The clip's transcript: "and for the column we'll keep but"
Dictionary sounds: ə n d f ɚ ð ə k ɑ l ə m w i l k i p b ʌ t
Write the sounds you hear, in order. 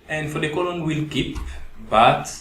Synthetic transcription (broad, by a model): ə n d f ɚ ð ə k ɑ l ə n w i l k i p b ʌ t